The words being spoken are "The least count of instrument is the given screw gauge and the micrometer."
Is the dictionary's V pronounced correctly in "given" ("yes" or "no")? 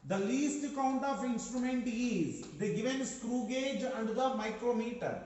yes